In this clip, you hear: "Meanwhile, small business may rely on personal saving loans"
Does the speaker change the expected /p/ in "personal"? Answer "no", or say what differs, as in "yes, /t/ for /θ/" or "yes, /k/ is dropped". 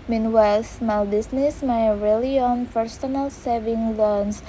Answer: yes, /f/ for /p/